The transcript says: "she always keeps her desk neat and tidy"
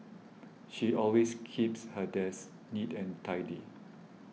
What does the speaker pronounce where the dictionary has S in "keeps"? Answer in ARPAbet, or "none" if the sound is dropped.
S